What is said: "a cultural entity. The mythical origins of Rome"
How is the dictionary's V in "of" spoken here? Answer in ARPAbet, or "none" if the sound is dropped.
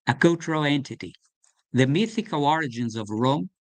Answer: V